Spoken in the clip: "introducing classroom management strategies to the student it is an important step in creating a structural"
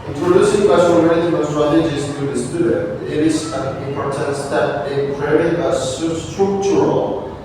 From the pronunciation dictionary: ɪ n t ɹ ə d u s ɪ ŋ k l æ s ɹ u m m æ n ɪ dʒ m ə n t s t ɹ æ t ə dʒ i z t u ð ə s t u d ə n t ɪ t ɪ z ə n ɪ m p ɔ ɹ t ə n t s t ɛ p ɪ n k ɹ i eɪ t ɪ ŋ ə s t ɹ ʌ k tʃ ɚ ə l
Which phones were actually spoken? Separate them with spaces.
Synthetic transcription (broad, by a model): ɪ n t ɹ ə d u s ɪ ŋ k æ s u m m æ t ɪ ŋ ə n s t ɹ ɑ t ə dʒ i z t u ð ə s t u d ə n t ɪ t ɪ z ə n ɪ m p ɔ ɹ t ə n t s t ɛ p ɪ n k i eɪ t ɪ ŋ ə s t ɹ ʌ k tʃ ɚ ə l